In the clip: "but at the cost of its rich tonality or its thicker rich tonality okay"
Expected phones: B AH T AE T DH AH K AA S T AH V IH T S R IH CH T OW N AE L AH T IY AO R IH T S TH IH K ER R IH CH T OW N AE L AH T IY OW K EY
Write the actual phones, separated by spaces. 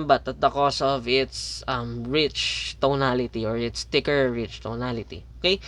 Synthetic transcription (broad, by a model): B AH T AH T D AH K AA S AH V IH T S R IH CH T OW N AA L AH T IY AO R IH T S T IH K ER R IH CH T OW N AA L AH T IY OW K EY